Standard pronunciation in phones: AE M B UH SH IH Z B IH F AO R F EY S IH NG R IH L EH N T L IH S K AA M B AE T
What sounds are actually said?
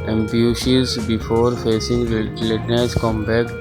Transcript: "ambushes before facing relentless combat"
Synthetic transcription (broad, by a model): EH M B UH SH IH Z B IH F AO R F EY S IH NG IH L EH T N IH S K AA M B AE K